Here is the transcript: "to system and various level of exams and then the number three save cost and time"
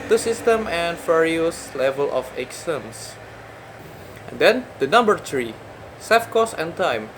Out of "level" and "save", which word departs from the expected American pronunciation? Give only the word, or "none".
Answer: save